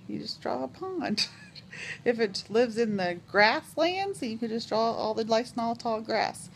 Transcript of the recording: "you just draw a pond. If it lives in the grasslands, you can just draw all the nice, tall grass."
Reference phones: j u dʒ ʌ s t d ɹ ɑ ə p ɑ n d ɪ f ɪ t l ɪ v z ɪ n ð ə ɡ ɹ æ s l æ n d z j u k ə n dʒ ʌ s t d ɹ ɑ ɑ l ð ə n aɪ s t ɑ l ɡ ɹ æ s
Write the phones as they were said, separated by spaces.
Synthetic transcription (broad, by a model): j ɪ dʒ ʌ s d ɹ ɑ ə p ɑ n d ɪ f ɪ t l ɪ v z ɪ n ð ə ɡ ɹ æ s l æ n d z j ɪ k ə n dʒ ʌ s d ɹ ɑ ɑ l ð ə l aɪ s t ɑ l ɡ ɹ æ s